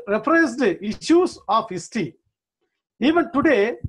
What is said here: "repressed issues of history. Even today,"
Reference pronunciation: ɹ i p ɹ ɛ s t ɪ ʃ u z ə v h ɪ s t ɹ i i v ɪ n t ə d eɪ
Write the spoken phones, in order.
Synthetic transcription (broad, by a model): ɹ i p ɹ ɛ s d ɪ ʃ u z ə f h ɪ s t i i v ɪ n t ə d eɪ